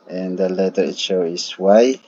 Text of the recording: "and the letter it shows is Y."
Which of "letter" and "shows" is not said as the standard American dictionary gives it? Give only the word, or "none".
shows